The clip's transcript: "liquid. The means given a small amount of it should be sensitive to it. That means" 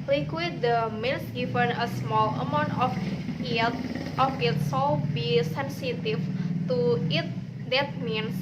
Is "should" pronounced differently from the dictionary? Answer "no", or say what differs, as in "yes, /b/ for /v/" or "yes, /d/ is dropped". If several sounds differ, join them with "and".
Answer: yes, /s/ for /ʃ/